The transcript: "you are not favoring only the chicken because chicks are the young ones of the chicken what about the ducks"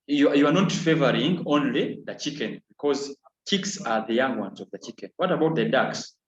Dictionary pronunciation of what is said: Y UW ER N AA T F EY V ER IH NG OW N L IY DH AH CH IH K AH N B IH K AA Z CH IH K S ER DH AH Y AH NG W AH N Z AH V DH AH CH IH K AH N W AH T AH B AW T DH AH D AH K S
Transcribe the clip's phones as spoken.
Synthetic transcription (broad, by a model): Y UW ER N AA T F EY V ER IH NG OW N L IY DH AH CH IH K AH N B IH K AA Z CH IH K S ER DH AH Y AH NG W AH N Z AH V DH AH CH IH K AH N W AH T AH B AW T DH AH D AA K S